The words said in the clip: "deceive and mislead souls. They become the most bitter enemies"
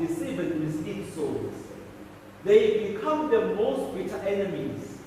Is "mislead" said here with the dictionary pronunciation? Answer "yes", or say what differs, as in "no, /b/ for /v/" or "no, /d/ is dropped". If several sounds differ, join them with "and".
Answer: no, /l/ is dropped